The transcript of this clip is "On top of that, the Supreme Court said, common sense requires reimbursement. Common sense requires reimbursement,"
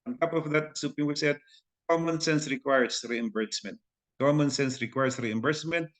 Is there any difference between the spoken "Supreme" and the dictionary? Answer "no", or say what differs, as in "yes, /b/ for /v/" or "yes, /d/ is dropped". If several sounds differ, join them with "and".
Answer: yes, /ɹ/ is dropped